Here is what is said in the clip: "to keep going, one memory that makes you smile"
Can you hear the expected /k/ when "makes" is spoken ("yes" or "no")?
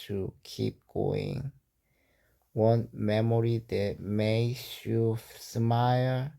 no